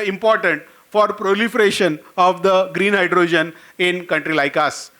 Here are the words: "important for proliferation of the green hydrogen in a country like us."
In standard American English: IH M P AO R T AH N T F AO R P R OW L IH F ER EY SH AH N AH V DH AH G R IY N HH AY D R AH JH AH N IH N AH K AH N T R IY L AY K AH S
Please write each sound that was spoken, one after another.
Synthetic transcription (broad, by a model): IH M P AO R T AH N T F AO R P R OW L IH F ER EY SH AH N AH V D AH G R IY N HH AY D R AH JH AH N IH N K AH N T R IY L AY K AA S